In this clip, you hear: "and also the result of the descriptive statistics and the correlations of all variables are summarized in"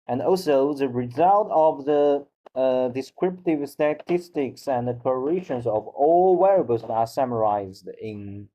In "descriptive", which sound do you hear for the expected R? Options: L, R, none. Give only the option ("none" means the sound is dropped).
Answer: R